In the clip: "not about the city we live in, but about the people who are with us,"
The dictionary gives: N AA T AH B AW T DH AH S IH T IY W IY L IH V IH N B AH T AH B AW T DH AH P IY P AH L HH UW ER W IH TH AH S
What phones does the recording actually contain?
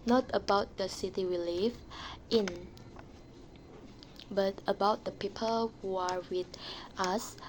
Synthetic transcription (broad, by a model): N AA T AH B AW T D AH S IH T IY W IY L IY F IH N B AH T AH B AW T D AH P IY P AH L HH UW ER W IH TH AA S